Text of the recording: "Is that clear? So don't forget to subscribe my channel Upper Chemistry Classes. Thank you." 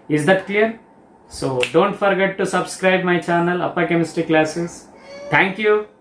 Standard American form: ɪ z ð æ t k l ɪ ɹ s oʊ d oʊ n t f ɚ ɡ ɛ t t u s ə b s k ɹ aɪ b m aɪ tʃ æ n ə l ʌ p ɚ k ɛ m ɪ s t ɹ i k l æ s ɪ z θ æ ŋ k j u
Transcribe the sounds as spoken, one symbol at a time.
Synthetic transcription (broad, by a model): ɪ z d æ t k l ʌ ɹ s oʊ d oʊ n t f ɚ ɡ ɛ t t u s ə b s k ɹ aɪ b m aɪ tʃ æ n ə l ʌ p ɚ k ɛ m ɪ s t i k l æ s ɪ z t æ ŋ k j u